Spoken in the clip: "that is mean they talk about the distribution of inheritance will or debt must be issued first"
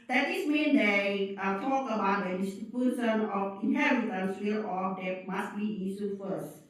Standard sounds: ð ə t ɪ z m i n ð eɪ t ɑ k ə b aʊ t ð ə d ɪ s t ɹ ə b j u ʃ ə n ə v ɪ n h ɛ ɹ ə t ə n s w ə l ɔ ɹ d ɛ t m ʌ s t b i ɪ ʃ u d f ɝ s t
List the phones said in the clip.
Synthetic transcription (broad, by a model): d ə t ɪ s m i n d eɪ t ɑ k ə b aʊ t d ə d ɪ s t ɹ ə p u s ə n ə f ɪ n h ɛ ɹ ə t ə n s w ə l ɔ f d ɛ t m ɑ s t b i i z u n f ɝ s